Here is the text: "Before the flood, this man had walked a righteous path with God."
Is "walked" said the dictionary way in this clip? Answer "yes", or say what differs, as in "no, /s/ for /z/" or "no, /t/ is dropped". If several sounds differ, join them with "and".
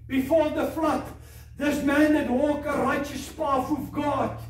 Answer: no, /t/ is dropped